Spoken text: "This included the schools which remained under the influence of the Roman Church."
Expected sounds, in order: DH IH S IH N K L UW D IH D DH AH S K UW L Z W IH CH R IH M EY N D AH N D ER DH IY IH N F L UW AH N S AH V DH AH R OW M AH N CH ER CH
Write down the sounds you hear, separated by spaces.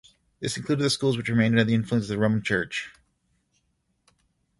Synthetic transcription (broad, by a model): DH IH S IH N K L UW D IH D DH AH S K UW L Z W IH CH R IH M EY N D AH D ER DH IY IH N F L UW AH N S AH V DH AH R OW M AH N CH ER CH